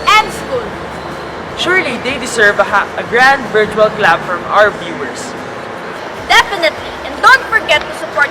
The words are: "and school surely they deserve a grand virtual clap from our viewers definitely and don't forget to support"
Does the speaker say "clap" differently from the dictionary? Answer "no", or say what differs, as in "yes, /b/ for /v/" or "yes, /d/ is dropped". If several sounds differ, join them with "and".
yes, /b/ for /p/